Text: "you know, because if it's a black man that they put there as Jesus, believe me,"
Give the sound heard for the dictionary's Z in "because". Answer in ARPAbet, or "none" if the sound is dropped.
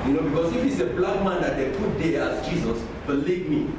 S